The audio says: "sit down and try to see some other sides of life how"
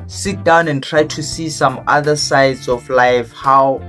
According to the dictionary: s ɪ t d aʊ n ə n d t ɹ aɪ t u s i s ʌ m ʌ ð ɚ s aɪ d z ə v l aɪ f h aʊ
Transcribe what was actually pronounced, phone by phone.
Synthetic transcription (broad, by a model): s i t d aʊ n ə n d t ɹ aɪ t u s i s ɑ m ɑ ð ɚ s aɪ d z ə f l aɪ f h aʊ